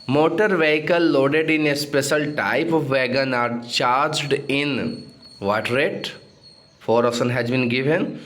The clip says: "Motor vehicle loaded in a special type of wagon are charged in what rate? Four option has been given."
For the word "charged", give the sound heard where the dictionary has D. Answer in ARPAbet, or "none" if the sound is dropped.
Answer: D